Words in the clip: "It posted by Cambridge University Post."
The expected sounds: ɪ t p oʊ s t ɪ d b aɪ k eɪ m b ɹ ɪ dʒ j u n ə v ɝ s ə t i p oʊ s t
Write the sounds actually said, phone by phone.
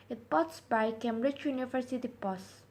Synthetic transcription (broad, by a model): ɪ t p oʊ t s b aɪ k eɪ m b ɹ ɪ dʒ j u n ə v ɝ s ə t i p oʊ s